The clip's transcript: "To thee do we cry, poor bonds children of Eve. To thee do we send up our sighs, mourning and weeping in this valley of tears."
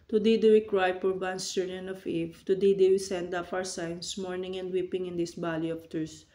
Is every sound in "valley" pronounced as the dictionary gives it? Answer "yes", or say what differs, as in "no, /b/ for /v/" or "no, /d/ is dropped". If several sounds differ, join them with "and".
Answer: no, /b/ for /v/